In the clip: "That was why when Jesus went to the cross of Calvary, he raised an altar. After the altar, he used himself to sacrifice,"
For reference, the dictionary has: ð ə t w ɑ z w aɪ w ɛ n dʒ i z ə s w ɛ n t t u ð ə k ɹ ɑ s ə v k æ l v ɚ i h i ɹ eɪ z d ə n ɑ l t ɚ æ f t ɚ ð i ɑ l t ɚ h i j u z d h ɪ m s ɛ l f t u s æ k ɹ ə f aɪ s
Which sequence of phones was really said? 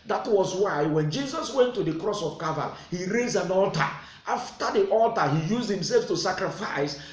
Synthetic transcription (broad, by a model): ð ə t w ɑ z w aɪ w ɛ n dʒ i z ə s w ɛ n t t u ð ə k ɹ ɑ s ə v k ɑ v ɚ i h i ɹ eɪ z ə n ɑ l t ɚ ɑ f t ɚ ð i ɑ l t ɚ h i j u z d h ɪ m s ɛ l f t u s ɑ k ɹ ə f aɪ s